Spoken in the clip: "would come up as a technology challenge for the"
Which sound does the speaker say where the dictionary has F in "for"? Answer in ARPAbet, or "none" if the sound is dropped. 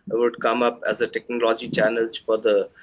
F